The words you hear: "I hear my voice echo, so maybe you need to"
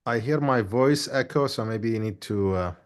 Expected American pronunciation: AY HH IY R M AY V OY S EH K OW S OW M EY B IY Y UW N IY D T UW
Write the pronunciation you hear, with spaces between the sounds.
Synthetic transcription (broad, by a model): AY HH IY R M AY V OY S EH K OW S OW M EY B IY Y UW N IY D T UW